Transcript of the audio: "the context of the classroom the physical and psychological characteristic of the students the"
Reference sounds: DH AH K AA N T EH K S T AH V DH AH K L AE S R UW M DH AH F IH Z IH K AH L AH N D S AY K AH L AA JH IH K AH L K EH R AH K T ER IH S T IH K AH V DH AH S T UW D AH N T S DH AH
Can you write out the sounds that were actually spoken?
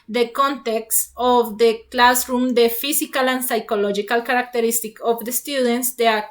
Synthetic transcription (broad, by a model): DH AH K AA N T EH K S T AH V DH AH K L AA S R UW M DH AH F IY S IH K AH L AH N S AY K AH L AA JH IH K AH L K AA R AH K T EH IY S T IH K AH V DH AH S T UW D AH N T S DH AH